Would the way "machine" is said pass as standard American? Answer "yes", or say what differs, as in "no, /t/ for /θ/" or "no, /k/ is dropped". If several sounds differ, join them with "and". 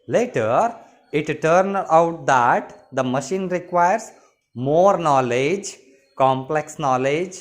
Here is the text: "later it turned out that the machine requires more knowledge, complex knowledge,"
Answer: yes